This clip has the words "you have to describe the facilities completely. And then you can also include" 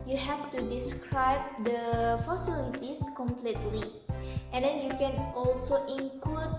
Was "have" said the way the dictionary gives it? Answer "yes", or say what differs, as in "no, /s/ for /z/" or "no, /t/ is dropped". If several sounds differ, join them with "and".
no, /f/ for /v/